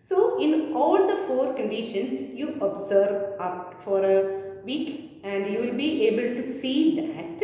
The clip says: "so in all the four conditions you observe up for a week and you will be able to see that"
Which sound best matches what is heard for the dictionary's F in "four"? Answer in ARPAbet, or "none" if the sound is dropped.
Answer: F